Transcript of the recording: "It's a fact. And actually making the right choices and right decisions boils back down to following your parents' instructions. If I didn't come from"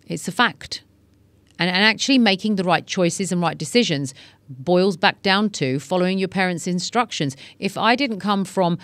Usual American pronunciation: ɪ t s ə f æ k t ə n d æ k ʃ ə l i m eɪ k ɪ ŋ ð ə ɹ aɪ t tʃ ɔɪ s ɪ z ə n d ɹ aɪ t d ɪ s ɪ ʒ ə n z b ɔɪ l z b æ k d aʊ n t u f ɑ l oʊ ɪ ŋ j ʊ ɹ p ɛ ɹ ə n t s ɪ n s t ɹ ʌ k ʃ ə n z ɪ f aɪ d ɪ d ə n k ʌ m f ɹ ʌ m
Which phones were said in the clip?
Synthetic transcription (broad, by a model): ɪ t s ə f æ k t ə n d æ k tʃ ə l i m eɪ k ɪ ŋ ð ə ɹ aɪ t tʃ ɔɪ s ɪ z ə n ɹ aɪ t d ɪ s ɪ ʒ ə n z b ɔɪ l z b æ k d aʊ n t u f ɑ l oʊ ɪ ŋ j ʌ ɹ p ɛ ɹ ə n t s ɪ n s t ɹ ʌ k ʃ ə n z ɪ f aɪ d ɪ d n k ʌ m f ɹ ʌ m